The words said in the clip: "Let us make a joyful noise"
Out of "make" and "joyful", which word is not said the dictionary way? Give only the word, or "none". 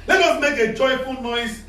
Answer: joyful